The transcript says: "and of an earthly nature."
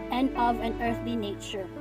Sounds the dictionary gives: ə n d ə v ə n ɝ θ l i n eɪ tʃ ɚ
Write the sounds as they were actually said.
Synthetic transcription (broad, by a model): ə n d ə v ə n ɝ θ l i n eɪ tʃ ɚ